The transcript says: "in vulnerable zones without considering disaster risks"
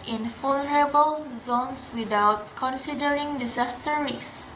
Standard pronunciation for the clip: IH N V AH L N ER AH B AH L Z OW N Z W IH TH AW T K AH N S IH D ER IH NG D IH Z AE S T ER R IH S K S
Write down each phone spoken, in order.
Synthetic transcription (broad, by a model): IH N F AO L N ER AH B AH L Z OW N S W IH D AW T K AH N S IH D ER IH NG D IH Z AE S T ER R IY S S